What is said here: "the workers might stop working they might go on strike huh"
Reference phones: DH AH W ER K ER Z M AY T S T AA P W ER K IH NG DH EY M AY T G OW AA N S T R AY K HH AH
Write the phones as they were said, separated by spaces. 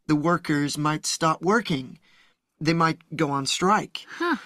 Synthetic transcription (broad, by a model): DH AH W ER K ER Z M AY T S T AA P W ER K IH NG DH EY M AY T G OW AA N S T R AY K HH